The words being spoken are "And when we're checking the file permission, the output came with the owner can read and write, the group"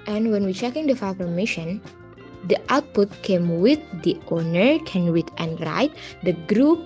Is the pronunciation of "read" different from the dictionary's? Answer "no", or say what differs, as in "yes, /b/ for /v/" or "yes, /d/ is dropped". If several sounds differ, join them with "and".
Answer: yes, /w/ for /ɹ/